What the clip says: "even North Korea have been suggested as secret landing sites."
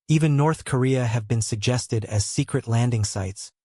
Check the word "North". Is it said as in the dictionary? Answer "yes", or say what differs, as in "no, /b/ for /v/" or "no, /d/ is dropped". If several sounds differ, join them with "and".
yes